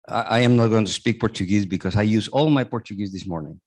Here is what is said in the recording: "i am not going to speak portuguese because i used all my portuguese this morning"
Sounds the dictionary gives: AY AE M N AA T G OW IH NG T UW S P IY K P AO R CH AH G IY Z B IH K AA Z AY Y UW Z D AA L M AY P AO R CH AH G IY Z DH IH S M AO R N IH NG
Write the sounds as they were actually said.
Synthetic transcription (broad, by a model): AY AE M N AA T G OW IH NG T UW S P IY K P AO R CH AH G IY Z B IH K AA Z AY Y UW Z AA L M AY P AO R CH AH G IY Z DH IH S M AO R N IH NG